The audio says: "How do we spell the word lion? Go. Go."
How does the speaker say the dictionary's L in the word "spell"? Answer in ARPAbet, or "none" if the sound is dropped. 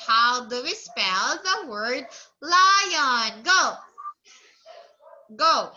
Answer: L